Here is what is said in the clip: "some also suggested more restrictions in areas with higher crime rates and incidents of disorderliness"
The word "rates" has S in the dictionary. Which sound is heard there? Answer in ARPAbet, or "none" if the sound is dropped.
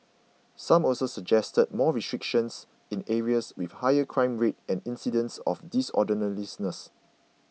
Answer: none